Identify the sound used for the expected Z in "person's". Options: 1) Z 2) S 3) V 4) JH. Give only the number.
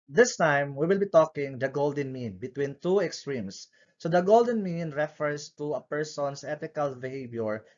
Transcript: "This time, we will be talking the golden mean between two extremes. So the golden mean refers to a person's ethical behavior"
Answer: 2